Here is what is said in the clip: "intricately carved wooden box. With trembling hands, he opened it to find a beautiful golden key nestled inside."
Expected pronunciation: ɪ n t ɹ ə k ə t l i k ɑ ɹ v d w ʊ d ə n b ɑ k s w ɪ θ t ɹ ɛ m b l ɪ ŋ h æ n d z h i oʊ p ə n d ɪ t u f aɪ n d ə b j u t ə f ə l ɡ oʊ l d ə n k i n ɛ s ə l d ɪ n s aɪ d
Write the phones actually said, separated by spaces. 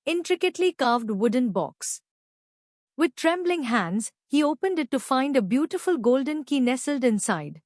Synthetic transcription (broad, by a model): ɪ n t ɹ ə k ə t l i k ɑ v d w ʊ d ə n b ɑ k s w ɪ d t ɹ ɛ m b l ɪ ŋ h æ n d z h i oʊ p ə n d ɪ t u f aɪ n d ə b j u t ə f ə l ɡ oʊ l d ə n k i n ɛ s ə l d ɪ n s aɪ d